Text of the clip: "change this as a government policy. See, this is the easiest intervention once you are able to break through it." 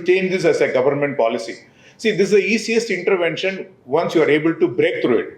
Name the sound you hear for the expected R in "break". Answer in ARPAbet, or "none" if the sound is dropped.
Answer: R